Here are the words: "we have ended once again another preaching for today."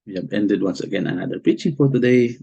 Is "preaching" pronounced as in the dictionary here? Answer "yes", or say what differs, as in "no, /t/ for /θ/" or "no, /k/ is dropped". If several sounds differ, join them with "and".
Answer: no, /ɹ/ is dropped